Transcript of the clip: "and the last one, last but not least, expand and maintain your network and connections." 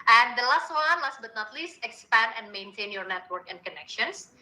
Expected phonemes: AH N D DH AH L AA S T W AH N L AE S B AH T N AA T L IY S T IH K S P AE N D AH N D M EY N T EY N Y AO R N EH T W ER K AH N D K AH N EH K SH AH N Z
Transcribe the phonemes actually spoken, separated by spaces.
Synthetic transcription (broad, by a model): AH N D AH L AA S T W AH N L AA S B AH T N AA T L IY S T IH K S P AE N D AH N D M EY N T EY N Y AO R N EH T W ER K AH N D K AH N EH K SH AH N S